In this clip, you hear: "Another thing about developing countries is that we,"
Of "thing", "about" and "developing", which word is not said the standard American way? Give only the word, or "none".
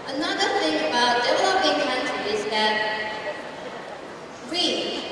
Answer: developing